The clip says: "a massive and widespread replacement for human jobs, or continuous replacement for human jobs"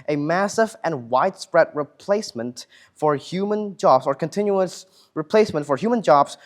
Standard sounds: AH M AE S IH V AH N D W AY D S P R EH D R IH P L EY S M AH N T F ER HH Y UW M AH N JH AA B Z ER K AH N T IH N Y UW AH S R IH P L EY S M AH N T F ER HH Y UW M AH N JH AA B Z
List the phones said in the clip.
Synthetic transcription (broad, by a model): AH M AE S IH V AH N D W AY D S P R EH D R IH P L EY S M AH N T F ER HH Y UW M AH N JH AA B Z ER K AH N T IH N Y UW AH S R IH P L EY S M AH N T F ER HH Y UW M AH N JH AA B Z